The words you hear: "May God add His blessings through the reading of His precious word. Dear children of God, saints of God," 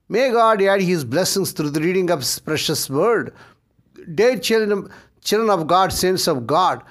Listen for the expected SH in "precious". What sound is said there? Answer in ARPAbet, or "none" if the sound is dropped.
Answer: SH